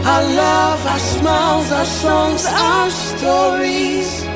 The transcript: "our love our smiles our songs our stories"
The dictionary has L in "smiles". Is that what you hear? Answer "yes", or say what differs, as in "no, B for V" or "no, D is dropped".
no, L is dropped